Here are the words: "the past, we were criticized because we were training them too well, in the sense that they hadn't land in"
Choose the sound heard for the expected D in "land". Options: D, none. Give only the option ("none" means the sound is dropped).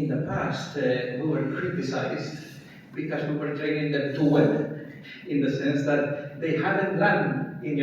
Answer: none